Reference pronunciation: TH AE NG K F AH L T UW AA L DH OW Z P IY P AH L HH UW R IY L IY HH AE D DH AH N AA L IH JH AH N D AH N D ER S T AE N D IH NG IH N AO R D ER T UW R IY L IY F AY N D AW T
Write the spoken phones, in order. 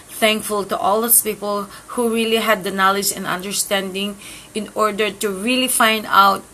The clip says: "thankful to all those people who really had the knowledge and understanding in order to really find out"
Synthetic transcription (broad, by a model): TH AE NG K F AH L T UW AA L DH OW S P IY P AH L HH UW R IY L IY HH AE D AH N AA L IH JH AH N D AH N D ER S T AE N D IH NG IH N AO R D ER T UW R IY L IY F AY N D AW T